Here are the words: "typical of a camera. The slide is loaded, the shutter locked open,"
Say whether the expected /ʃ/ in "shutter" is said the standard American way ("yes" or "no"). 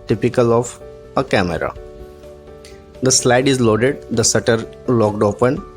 no